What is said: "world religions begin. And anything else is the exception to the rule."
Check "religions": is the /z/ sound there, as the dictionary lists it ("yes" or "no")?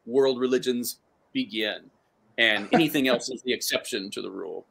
yes